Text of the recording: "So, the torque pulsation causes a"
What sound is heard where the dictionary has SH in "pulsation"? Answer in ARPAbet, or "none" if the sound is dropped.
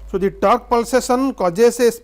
S